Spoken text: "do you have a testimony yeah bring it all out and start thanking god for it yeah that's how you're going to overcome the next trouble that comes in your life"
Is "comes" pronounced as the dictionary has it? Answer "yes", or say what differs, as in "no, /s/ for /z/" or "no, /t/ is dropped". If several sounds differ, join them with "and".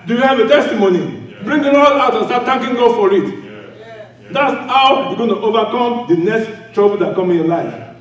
no, /z/ is dropped